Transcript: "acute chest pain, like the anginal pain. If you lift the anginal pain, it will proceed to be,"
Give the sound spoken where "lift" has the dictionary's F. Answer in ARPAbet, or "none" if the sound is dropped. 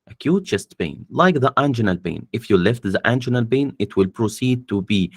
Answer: F